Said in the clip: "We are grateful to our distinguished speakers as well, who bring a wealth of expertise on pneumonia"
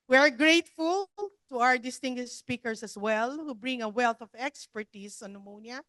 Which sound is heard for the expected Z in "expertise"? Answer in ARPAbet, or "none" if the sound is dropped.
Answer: S